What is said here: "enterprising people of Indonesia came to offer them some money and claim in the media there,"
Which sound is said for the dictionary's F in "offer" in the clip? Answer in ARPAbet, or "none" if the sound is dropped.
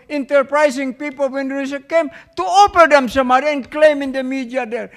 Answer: P